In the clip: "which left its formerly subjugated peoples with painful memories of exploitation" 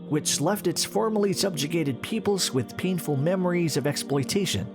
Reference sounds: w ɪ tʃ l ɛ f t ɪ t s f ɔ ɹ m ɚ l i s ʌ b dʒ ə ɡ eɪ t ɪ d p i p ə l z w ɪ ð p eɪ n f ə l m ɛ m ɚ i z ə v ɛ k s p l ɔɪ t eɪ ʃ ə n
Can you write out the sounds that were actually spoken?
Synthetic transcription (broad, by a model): w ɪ tʃ l ɛ f t ɪ t s f ɔ ɹ m ɚ l i s ʌ b dʒ ə ɡ eɪ t ɪ d p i p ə l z w ɪ ð p eɪ n f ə l m ɛ m ɚ i z ə v ɛ k s p l ɔɪ t eɪ ʃ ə n